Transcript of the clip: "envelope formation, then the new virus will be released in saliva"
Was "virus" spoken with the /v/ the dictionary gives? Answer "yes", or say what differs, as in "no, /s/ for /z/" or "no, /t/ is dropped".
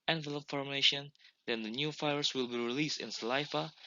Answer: no, /f/ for /v/